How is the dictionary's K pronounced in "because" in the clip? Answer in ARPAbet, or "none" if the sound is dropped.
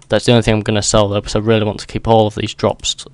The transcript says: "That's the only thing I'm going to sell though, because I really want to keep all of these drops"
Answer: none